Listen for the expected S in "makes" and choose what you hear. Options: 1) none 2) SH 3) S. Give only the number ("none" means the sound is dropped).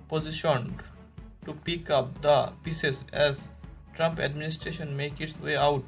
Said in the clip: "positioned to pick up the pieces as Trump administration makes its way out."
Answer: 1